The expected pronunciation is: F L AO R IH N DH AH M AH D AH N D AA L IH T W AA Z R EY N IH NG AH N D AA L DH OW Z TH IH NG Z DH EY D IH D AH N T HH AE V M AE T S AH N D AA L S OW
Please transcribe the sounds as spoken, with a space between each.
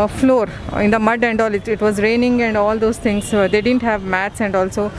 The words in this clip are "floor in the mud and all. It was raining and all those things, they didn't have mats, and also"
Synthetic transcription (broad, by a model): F L AO R IH N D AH M AH D AH N D AA L IH T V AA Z R EY N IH NG AH N D AA L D OW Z T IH NG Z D EY D IH D AH N T HH AE V M AE T S AH N D AA L S OW